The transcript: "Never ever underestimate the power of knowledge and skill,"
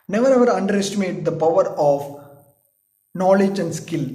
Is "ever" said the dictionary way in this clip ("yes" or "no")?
yes